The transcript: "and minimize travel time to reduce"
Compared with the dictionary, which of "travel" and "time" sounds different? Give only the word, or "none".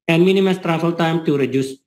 travel